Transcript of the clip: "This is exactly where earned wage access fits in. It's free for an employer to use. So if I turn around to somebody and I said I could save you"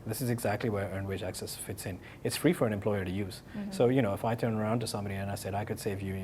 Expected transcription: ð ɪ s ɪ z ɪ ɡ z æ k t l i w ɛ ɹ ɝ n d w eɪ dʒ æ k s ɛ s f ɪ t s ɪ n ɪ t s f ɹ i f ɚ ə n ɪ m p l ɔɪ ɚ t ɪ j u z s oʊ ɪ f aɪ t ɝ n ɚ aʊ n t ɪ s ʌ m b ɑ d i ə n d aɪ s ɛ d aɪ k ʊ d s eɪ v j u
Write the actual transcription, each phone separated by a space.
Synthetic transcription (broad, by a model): ð ɪ s ɪ z ɪ ɡ z æ k t l i w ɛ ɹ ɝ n w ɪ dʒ æ k s ɛ s f ɪ t s ɪ n ɪ t s f ɹ i f ɚ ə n ɪ m p l ɔɪ ɚ t ɪ j u z s oʊ ɪ f aɪ t ɝ n ɚ aʊ n t ɪ s ʌ m b ɑ d i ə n aɪ s ɛ d aɪ k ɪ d s eɪ v j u